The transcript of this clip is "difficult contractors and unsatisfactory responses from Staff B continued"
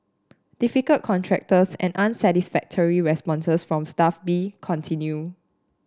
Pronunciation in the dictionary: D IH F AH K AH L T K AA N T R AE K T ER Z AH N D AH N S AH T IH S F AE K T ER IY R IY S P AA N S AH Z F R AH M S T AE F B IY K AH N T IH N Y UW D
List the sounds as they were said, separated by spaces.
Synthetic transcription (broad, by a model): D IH F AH K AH L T K AA N T R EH K T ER S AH N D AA N S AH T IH S F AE K T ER IY R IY S P AA N S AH S F R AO M S T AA F B IY K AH N T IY N Y UW